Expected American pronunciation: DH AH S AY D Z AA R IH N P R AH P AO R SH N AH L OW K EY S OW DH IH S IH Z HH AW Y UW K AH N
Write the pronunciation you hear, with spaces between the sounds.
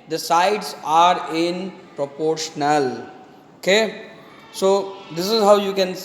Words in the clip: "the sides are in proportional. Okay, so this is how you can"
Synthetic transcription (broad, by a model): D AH S AY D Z AA R IH N P R AH P AO R SH N AH L OW K EY S OW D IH S IH Z HH AW Y UW K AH N